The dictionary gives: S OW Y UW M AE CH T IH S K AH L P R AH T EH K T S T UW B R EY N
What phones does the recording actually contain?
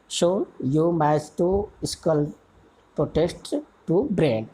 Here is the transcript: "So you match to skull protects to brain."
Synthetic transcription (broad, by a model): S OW Y UW M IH S T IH S K AH L P R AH T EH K T T UW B R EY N